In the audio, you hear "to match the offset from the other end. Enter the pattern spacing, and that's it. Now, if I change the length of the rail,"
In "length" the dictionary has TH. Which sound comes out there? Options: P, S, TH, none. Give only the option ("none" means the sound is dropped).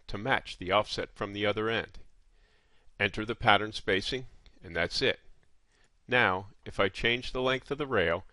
TH